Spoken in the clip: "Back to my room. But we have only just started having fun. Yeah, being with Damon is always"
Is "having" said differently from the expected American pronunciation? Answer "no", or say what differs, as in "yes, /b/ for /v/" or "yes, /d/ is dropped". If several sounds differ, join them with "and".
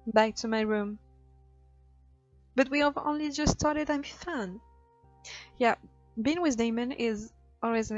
yes, /v/ is dropped